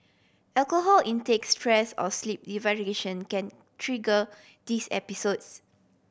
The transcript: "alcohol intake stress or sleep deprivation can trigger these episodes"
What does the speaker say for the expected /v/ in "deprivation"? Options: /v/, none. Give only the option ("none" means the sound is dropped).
none